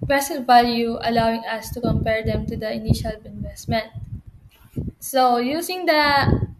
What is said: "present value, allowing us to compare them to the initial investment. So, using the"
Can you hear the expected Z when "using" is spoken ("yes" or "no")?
no